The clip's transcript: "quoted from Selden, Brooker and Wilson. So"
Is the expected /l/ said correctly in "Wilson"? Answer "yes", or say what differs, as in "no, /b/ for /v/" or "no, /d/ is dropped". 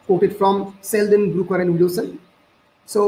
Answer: no, /l/ is dropped